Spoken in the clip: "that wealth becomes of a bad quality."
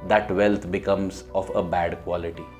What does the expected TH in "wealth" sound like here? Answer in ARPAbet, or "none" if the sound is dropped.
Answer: T